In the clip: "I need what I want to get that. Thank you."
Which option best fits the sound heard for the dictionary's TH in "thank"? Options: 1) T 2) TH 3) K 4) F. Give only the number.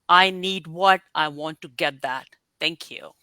1